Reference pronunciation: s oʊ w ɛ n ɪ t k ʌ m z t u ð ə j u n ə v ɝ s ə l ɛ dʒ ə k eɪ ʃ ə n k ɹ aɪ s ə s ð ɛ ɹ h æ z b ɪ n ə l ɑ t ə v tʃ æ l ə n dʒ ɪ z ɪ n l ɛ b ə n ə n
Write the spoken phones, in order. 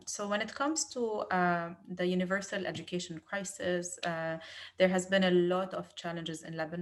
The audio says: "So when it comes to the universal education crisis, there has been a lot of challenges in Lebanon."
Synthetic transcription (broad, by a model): s oʊ w ɛ n ɪ t k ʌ m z t u ð ə j u n ə v ɝ s ə l ɛ dʒ ə k eɪ ʃ ə n k ɹ aɪ s ə s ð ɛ ɹ h æ z b ɪ n ə l ɑ t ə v tʃ æ l ə n dʒ ɪ z ɪ n l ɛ b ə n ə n